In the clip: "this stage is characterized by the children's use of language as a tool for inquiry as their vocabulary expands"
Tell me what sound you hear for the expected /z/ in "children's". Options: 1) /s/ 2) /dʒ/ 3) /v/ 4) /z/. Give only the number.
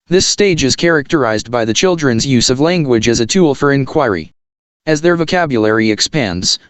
4